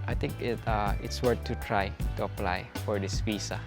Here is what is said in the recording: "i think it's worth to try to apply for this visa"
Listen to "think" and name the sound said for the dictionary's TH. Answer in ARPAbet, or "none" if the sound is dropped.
T